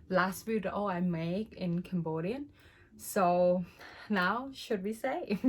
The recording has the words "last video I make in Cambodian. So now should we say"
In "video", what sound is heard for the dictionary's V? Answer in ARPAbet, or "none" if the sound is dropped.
W